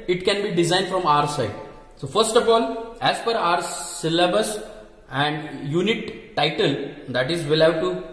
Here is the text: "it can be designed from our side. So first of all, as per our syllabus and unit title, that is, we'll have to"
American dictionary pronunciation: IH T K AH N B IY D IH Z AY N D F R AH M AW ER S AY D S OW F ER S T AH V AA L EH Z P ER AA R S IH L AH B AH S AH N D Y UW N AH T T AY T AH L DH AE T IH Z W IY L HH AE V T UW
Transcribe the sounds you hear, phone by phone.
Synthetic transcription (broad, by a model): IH T K AH N B IY D IH Z AY N D F R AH M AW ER S AY D S OW F ER S T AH F AA L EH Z F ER AA R S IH L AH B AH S AH N D Y UW N AH T T AY T AH L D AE T IH Z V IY L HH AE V T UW